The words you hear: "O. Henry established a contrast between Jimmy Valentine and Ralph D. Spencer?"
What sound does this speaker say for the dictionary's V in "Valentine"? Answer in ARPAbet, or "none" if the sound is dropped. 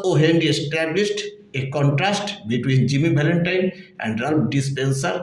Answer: B